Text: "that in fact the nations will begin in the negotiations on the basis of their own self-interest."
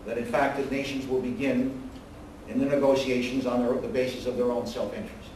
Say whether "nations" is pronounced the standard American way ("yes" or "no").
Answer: yes